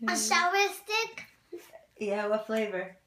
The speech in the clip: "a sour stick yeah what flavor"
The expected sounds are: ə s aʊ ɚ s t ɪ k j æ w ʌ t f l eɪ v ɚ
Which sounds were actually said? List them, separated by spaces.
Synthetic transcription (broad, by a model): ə ʃ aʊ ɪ s t ɪ k j æ w ʌ t f l eɪ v ɚ